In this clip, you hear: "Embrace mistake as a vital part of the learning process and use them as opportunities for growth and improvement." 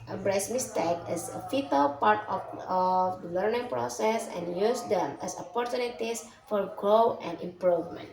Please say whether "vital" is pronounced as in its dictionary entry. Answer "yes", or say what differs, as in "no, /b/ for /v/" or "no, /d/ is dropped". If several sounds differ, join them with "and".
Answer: no, /f/ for /v/